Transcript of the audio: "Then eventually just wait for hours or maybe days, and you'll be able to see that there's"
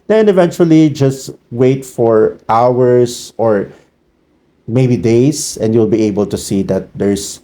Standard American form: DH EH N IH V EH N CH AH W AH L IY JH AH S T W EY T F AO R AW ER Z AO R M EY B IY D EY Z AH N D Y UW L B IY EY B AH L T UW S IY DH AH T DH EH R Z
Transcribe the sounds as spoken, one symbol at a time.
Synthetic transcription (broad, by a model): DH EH N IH V EH N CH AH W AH L IY JH AH S T W EY T F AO R AW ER S AO R M EY B IY D EY S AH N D Y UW L B IY EY B AH L T UW S IY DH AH T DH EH R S